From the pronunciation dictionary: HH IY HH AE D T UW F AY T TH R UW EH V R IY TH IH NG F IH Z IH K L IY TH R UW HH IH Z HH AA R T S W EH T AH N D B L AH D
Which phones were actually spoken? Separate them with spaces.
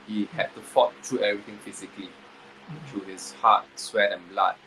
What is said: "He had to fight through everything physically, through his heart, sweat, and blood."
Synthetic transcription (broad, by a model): HH IY HH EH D T UW F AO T T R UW EH R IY T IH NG F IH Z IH K L IY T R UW HH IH S HH AA T S W EH T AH N B L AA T